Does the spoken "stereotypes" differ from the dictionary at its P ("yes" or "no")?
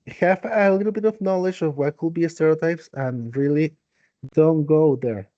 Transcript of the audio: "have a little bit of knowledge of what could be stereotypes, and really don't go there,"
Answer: no